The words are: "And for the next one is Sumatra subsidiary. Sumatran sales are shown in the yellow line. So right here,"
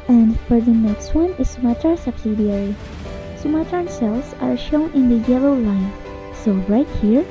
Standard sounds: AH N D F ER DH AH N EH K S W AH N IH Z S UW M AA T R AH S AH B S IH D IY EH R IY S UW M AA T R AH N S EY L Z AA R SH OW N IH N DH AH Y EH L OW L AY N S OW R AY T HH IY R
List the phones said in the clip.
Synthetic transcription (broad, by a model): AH N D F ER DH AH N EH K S W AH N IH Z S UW M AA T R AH S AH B S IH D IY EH R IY S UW M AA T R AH N S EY L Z AA R SH OW N IH N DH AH Y EH L OW L AY N S OW R AY T HH IY R